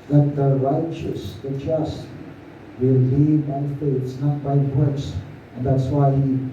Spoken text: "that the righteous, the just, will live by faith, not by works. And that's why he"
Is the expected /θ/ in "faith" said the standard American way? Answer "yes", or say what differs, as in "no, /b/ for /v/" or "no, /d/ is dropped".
no, /s/ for /θ/